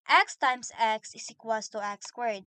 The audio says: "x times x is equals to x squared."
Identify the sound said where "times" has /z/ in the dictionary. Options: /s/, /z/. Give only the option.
/s/